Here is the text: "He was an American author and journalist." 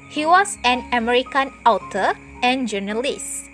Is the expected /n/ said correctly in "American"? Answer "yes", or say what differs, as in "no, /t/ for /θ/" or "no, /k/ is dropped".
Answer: yes